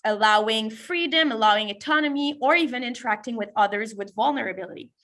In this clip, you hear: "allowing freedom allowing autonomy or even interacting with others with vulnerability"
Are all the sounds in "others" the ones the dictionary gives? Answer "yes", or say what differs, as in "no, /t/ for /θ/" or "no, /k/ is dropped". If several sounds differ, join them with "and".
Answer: yes